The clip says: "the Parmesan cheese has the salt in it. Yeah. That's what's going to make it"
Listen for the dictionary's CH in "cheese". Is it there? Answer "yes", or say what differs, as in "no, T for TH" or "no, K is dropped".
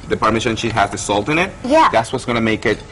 no, SH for CH